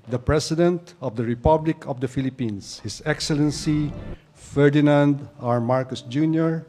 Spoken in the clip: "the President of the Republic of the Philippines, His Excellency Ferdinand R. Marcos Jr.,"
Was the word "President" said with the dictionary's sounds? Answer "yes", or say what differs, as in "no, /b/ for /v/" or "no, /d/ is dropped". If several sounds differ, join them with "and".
no, /s/ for /z/